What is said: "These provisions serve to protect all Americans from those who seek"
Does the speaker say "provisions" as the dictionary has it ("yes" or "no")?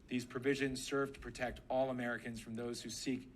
yes